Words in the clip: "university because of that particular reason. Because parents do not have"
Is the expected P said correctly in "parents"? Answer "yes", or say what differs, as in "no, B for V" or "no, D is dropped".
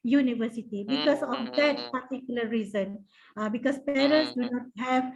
yes